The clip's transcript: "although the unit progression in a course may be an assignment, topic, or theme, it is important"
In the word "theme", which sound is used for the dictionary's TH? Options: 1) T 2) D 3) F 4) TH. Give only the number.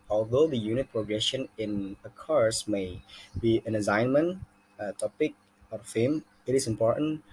3